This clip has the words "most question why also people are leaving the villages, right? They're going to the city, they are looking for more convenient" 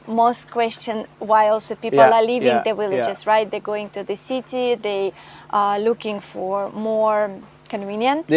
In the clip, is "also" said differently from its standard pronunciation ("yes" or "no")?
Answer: no